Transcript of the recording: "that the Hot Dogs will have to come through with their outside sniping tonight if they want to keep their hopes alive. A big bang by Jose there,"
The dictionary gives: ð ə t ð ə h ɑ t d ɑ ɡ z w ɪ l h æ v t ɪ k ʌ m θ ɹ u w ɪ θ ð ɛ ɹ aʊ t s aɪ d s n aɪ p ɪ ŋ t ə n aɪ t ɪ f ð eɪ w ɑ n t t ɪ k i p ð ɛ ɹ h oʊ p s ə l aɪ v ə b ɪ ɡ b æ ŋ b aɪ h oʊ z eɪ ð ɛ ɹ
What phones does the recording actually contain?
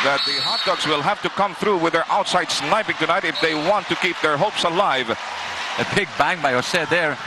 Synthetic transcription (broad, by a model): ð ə t ð ə h ɑ t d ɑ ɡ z w ɪ l h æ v t ɪ k ʌ m θ ɹ u w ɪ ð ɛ ɹ aʊ t s aɪ d s n aɪ p ɪ ŋ t ə n aɪ t ɪ f ð eɪ w ɑ n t t ɪ k i p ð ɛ ɹ h oʊ p s ə l aɪ v ə b ɪ ɡ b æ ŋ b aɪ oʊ s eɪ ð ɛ ɹ